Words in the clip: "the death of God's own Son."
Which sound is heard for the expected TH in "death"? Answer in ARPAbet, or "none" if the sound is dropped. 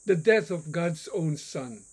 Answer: TH